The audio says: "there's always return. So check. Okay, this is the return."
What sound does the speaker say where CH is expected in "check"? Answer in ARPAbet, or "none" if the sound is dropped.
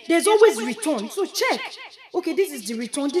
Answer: CH